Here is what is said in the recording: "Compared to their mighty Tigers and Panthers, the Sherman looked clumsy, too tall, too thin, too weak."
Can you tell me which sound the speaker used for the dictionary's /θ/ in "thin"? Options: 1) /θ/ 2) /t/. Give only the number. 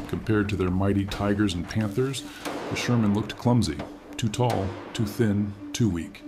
1